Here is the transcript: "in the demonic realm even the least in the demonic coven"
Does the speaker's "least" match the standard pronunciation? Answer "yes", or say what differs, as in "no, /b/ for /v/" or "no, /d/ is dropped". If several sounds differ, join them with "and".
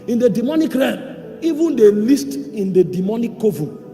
yes